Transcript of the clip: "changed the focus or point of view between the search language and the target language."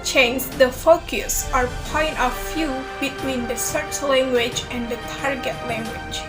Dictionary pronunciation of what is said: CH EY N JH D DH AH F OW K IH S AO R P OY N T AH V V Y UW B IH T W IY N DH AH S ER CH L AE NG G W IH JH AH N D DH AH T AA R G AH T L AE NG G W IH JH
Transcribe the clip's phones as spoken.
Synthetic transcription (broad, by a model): CH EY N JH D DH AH F OW K IH S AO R P OY N T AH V F Y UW B IH T W IY N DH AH S ER CH L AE NG G W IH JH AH N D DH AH T AA R G AH T L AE NG G W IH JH